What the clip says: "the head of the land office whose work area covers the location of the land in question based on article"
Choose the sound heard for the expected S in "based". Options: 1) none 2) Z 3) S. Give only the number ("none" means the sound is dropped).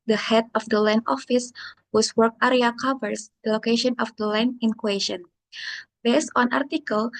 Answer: 3